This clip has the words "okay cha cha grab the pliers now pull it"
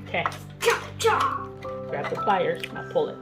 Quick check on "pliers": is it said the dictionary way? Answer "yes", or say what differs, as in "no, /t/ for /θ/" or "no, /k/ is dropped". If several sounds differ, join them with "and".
no, /f/ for /p/